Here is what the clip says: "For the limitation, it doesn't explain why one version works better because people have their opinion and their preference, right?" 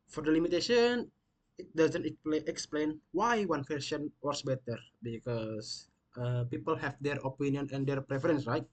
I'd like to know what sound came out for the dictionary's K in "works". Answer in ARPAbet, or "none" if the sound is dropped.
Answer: none